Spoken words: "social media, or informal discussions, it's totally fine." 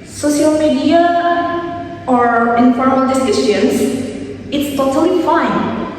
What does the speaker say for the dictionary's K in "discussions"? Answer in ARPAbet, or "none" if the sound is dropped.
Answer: none